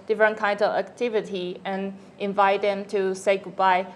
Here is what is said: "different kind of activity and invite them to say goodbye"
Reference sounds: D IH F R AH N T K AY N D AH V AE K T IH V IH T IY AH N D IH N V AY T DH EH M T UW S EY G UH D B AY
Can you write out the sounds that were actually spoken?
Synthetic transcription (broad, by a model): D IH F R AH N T K AY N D AH V AE K T IH V IH T IY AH N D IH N V AY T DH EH M T UW S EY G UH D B AY